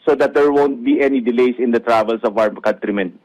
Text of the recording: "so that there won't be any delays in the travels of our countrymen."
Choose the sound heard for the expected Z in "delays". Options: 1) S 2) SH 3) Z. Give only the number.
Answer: 1